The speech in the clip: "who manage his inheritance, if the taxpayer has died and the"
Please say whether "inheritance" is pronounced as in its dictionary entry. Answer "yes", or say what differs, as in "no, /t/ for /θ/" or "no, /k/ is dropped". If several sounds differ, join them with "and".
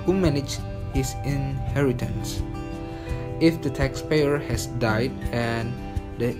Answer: yes